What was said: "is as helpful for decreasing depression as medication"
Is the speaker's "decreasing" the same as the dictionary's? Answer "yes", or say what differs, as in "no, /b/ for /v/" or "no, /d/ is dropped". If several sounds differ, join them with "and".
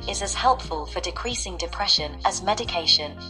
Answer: yes